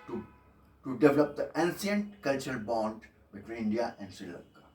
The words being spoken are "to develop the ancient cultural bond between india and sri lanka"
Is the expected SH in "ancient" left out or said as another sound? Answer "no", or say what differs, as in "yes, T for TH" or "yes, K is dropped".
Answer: yes, S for SH